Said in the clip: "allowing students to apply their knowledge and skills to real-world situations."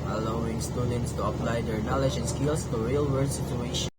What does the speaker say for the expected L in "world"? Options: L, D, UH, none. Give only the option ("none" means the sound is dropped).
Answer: none